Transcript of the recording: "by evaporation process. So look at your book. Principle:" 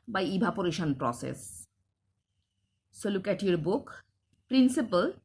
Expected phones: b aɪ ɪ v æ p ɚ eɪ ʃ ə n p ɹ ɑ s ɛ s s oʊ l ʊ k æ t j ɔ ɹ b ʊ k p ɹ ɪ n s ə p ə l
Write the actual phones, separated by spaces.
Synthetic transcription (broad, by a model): b aɪ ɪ b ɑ p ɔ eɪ ʃ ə n p ɹ ɑ s ɛ s s oʊ l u k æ t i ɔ ɹ b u k p ɹ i n s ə p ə l